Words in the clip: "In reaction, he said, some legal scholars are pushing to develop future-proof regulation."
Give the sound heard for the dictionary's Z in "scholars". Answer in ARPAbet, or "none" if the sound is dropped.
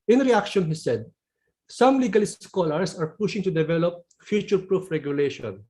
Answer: S